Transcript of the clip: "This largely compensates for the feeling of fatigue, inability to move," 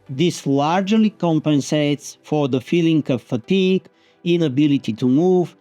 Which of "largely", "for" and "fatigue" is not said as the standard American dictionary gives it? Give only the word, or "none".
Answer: none